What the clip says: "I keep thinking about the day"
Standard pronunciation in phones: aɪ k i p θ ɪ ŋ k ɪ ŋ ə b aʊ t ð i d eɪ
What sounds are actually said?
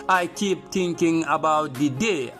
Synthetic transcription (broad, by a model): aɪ k i p t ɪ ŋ k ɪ ŋ ə b aʊ t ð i d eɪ